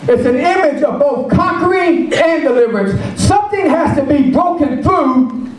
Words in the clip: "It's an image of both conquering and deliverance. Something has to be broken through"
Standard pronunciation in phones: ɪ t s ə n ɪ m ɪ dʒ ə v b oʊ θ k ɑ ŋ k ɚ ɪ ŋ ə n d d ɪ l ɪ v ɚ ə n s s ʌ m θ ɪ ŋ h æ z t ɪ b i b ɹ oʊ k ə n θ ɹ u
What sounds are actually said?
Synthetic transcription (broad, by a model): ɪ t s ə n ɪ m ɪ dʒ ə v b oʊ θ k ɑ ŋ k ɚ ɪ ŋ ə n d d ɪ l ɪ v ɚ ə n s s ʌ m θ ɪ ŋ h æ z t ɪ b i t oʊ k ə n θ ɹ u